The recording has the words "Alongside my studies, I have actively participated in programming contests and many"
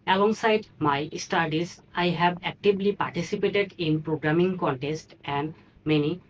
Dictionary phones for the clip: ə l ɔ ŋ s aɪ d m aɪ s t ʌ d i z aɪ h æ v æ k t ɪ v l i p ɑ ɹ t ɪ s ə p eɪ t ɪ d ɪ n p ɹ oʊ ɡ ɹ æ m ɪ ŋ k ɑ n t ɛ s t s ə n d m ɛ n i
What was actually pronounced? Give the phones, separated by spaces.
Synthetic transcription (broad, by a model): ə l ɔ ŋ s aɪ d m aɪ s t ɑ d i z aɪ h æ b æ k t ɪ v l i p ɑ ɹ t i s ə p eɪ t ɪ d ɪ n p ɹ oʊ ɡ ɹ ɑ m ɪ ŋ k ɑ n t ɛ s t ə n d m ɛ n i